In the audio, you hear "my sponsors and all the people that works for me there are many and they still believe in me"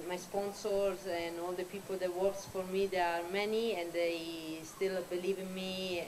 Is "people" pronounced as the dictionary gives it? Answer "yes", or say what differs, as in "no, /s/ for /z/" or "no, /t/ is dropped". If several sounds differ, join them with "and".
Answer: yes